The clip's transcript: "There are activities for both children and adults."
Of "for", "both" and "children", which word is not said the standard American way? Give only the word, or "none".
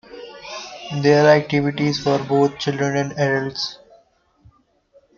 both